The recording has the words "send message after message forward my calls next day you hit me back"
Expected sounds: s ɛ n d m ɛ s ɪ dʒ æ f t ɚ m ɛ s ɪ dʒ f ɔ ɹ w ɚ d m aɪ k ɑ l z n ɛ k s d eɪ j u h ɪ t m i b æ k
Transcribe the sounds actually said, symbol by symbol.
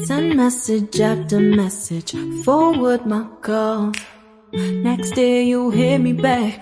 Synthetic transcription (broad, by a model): s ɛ n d m ɛ s ɪ dʒ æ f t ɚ m ɛ s ɪ dʒ f ɔ ɹ w ɚ d m aɪ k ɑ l n ɛ k s d eɪ j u h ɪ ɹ m i b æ k